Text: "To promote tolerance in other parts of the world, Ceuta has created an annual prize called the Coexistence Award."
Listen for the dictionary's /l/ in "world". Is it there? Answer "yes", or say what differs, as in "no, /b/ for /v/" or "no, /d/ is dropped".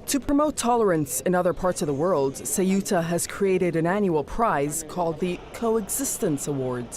yes